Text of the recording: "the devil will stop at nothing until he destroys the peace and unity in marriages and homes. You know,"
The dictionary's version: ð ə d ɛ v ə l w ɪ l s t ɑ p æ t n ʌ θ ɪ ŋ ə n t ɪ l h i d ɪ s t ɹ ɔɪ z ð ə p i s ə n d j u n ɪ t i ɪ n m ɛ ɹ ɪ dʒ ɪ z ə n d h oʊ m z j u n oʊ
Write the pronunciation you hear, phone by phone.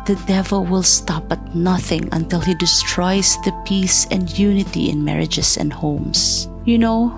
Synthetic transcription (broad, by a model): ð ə d ɛ v ə l w ɪ l s t ɑ p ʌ t n ʌ θ ɪ ŋ ə n t ɪ l h i d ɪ s t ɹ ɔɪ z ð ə p i s ə n d j u n ɪ t i ɪ n m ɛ ɹ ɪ dʒ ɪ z ə n d h oʊ m s j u n oʊ